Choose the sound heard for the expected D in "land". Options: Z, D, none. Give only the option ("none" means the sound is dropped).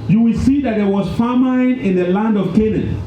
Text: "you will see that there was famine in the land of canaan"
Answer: D